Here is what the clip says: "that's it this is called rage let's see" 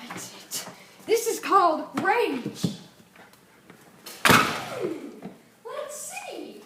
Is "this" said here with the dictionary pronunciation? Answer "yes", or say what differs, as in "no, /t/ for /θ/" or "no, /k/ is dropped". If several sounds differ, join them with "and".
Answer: yes